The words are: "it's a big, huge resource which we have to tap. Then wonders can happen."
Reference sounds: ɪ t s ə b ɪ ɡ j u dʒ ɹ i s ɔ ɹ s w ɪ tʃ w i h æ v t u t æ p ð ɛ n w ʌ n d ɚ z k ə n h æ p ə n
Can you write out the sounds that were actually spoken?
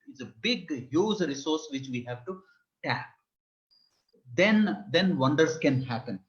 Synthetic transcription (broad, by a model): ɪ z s ə b ɪ ɡ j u z ɹ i s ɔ ɹ s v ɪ tʃ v i h æ v t u t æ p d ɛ n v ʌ n d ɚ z k ə n h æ p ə n